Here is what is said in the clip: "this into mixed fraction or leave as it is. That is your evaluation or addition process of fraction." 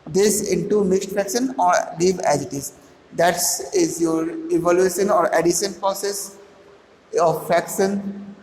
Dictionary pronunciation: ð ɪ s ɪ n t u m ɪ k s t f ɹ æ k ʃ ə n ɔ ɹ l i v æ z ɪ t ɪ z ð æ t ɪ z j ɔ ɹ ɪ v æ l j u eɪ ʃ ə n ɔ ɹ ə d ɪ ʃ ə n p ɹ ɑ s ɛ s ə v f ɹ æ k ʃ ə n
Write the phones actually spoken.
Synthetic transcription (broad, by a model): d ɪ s ɪ n t u m ɪ k s t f ɹ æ k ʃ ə n ɔ ɹ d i b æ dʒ ɪ t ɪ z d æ t ɪ z j ɔ ɹ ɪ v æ l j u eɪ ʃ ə n ɔ ɹ ə d ɪ ʃ ə n p ɹ ɑ s ɛ s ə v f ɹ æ k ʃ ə n